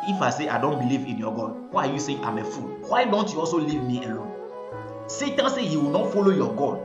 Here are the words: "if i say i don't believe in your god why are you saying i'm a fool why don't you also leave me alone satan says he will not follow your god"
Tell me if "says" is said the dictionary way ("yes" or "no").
no